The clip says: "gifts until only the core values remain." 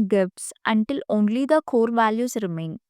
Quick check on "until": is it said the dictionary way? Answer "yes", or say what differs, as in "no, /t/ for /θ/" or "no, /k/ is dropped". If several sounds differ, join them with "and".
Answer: yes